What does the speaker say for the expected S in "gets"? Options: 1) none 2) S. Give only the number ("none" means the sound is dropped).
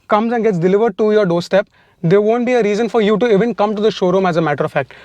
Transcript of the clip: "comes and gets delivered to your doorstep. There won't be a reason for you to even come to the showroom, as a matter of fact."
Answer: 2